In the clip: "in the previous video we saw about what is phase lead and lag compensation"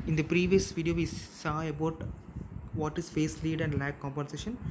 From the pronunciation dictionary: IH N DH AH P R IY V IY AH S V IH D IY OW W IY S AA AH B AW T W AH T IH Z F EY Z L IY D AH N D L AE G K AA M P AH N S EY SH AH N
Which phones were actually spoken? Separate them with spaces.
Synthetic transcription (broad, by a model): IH N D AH P R IY V IY AH S V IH D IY OW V IY S AA AH B AW T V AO T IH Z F EY S L IY D AH N D L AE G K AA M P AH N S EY SH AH N